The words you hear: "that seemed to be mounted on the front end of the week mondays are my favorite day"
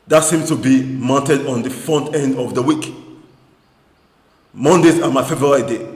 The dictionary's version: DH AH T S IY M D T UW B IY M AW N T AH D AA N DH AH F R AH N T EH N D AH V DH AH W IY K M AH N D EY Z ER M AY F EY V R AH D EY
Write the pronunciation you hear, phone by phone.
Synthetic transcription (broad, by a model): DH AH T S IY M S T UW B IY M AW N T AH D AA N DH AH F AO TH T EH N D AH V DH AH W IY K M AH N D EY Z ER M AY F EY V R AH D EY